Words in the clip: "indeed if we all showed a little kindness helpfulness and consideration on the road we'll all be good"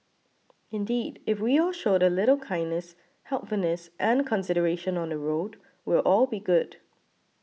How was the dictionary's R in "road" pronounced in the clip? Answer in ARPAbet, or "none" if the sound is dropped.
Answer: R